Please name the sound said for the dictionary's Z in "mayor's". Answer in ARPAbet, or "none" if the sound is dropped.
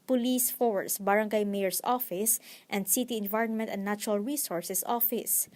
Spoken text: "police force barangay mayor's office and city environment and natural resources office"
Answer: S